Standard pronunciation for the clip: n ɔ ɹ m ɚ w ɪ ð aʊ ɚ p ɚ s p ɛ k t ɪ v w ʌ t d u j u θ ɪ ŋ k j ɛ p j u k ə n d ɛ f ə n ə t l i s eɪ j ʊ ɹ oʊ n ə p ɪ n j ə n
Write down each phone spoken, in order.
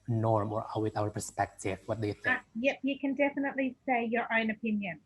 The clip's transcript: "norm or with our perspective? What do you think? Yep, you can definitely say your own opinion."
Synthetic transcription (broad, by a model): n ɔ ɹ m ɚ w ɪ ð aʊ ɚ p ɚ s p ɛ k t ɪ v w ʌ t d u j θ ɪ k j ɛ p j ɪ k ə n d ɛ f ə n ə t l i s eɪ j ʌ ɹ oʊ n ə p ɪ n j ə n